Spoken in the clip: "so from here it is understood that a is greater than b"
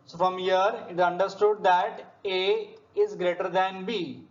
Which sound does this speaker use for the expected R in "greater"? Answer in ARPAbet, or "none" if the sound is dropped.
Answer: R